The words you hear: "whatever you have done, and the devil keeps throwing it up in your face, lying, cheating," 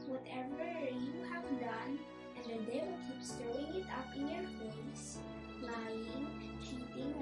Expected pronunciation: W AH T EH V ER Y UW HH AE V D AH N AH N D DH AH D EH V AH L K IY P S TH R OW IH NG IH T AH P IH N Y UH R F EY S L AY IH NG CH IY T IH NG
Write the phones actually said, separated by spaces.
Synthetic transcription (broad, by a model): W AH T EH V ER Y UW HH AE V D AH N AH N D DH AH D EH AH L K IY P S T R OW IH NG IH T AH P IH N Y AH R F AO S L AY IH NG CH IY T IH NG